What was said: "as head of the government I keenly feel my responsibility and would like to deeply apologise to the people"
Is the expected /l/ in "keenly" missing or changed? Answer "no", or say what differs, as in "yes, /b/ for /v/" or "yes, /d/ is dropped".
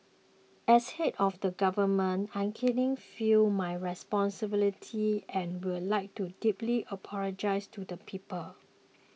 yes, /l/ is dropped